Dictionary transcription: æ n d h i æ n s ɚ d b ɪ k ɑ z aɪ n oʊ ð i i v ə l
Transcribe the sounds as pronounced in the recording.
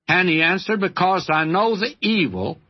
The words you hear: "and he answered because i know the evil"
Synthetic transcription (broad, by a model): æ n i æ n s ɚ d b ɪ k ɑ z aɪ n oʊ ð i i v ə l